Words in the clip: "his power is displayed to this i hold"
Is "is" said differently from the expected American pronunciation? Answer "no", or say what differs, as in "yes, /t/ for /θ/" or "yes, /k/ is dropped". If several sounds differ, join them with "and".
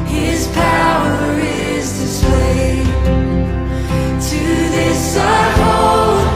no